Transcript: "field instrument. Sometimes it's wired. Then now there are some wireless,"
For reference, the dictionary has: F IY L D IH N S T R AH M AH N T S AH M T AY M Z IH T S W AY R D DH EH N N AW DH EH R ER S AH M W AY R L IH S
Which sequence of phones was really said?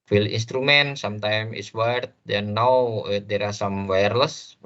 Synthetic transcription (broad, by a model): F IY L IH N S T R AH M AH N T S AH M T AY M IH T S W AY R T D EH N N AW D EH R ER S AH M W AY R L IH S